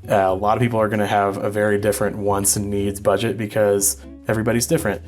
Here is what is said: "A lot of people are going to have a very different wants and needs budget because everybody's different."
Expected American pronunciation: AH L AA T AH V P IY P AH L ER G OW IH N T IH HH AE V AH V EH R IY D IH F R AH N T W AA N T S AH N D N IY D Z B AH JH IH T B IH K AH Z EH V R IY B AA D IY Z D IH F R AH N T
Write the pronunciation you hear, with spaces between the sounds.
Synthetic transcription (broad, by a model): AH L AA T AH V P IY P L ER G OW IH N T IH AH V AH V EH R IY D IH F R AH N T W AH N S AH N N IY D Z B AH JH IH T B IH K AH Z EH V R IY B AA D IY Z D IH F R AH N T